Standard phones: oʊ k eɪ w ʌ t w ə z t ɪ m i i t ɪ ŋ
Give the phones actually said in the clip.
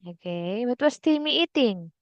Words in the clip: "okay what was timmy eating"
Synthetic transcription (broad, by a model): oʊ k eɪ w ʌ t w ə s t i m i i t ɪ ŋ